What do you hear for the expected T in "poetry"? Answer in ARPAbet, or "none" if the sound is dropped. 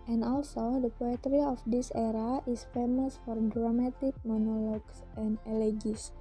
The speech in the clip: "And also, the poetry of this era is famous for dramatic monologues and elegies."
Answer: T